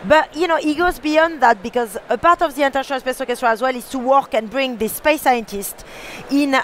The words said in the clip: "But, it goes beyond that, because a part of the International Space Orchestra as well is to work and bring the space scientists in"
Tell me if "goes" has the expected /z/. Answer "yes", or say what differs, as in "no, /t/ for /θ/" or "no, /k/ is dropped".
yes